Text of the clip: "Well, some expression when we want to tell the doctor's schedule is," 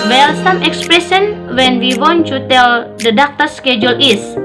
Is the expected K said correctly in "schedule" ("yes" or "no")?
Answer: yes